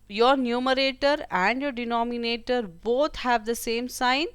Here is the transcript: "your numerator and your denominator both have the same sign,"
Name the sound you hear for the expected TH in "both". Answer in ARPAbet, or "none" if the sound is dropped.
T